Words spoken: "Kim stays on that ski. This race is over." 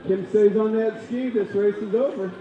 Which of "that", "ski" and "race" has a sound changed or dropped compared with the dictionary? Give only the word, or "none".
none